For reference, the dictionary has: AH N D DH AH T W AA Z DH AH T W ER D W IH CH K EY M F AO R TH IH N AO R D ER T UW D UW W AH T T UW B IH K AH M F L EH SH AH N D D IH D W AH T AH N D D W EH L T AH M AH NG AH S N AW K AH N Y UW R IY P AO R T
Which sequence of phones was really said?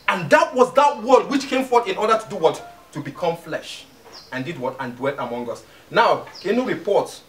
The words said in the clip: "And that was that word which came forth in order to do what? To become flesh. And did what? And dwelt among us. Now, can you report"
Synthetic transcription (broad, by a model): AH N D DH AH T W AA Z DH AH T W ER D W IH CH K EY M F AO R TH IH N AO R D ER T UW D UW W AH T T UW B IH K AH M F L EH SH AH N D D IH D W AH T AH N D D W EH L T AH M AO NG AH S N AW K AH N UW R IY P AO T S